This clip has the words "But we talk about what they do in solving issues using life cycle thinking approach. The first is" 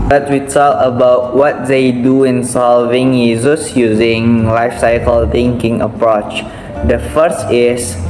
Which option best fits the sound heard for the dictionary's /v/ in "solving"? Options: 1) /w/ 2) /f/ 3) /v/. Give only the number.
3